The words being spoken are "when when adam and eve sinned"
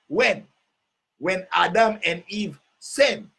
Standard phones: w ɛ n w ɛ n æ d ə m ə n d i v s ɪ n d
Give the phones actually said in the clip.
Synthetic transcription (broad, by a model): w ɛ n w ɛ n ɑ d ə m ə n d i v s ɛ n